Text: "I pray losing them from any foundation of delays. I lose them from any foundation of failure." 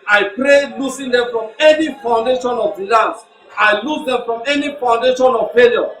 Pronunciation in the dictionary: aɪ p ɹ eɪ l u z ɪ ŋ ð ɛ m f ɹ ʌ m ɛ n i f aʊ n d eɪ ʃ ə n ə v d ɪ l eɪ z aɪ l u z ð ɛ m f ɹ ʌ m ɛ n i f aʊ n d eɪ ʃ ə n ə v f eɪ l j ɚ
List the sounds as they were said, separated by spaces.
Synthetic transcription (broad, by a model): aɪ p ɹ eɪ l u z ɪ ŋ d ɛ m f ɹ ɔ m ɛ n i f aʊ n d eɪ ʃ ə n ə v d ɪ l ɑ s aɪ l u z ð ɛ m f ɹ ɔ m ɛ n i f aʊ n d eɪ ʃ ə n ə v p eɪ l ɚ